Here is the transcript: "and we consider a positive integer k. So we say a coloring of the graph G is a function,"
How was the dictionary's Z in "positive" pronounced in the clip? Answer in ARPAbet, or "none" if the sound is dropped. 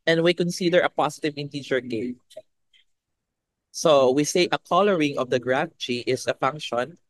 S